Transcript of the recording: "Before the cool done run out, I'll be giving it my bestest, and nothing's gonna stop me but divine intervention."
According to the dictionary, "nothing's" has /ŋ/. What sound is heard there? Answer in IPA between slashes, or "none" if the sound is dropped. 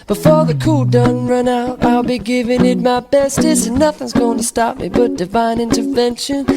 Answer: /ŋ/